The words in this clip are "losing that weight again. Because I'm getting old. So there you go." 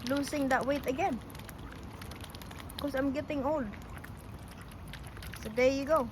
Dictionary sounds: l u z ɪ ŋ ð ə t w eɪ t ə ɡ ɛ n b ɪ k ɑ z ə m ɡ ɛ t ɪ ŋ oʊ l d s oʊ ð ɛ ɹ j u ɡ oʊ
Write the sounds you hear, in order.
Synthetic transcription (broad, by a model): l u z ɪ ŋ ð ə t w eɪ t ə ɡ ɛ n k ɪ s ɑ ə m ɡ ɛ t ɪ ŋ oʊ l d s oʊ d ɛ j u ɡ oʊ